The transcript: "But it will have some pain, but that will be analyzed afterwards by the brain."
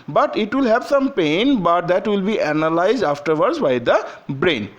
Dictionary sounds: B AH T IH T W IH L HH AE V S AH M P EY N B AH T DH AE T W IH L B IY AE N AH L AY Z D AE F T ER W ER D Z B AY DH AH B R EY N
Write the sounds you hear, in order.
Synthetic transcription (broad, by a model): B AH T IH T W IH L HH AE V S AH M P EY N B AH T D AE T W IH L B IY AE N AH L AY Z D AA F T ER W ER D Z B AY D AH B R EY N